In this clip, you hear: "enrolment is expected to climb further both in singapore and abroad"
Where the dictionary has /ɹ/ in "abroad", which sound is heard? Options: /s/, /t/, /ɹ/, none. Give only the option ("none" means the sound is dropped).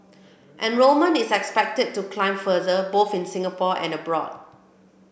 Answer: /ɹ/